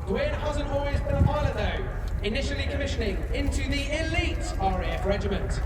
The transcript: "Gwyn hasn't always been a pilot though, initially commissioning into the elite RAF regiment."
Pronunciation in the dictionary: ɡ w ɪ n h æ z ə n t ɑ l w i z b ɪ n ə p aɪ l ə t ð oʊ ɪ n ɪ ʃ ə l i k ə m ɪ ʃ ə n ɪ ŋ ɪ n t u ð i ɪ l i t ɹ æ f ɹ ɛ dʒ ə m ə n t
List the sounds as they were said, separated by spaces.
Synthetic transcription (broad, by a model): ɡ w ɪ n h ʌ z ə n ɑ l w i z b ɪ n ə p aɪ l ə ð oʊ ɪ n ɪ ʃ ə l i k ə m ɪ ʃ ə n ɪ ŋ ɪ n t u ð i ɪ l i t ɹ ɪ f ɹ ɛ dʒ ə m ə n t